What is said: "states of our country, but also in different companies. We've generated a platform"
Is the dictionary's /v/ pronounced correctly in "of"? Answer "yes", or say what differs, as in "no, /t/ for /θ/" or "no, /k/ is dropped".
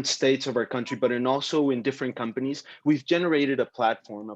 yes